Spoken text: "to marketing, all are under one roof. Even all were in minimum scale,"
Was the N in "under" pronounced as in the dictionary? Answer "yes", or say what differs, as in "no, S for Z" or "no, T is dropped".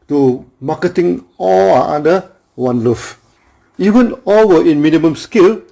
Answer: no, N is dropped